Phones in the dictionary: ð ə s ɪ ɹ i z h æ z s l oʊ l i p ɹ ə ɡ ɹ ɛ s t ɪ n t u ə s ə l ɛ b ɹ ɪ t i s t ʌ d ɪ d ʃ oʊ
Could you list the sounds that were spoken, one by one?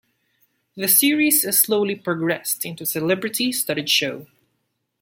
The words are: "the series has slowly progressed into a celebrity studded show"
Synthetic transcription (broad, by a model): ð ə s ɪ ɹ i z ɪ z s l oʊ l i p ɹ ə ɡ ɹ ɛ s t ɪ n t u s ə l ɛ b ɹ ɪ t i s t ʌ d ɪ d ʃ oʊ